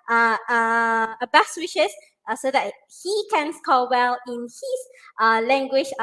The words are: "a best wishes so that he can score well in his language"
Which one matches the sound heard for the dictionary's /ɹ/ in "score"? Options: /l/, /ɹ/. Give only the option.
/l/